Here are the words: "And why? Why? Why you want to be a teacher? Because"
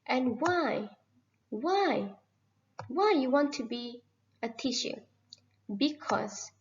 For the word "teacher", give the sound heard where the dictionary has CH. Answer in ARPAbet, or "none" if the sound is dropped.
SH